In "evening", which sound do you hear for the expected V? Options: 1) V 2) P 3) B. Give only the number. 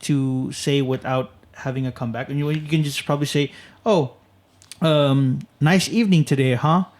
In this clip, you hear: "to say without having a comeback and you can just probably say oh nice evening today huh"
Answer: 1